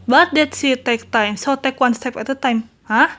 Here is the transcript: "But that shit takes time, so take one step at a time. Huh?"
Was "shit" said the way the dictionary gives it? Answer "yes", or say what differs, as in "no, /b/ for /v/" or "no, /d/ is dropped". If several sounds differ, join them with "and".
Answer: no, /s/ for /ʃ/